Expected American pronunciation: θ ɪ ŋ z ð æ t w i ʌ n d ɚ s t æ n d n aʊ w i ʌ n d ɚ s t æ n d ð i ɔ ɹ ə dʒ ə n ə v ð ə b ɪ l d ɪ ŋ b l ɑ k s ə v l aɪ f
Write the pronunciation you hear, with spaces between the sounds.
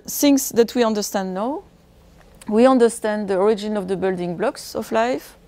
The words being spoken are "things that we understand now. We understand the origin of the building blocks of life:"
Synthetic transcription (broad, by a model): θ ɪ ŋ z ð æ t w i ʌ n d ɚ s t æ n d n aʊ w i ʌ n d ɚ s t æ n d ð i ɔ ɹ ə dʒ ə n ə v ð ə b ɪ l d ɪ ŋ b l ɑ k s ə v l aɪ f